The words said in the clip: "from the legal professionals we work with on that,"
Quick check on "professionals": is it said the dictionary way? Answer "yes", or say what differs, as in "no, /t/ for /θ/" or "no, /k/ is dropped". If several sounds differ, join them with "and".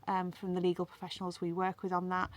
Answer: yes